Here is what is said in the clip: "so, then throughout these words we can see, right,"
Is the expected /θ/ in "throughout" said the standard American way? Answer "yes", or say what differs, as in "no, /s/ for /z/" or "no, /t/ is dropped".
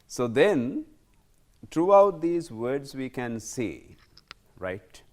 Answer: no, /t/ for /θ/